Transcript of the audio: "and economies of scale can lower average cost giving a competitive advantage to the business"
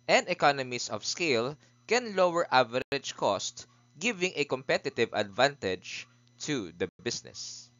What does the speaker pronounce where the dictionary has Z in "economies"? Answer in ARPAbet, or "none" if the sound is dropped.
S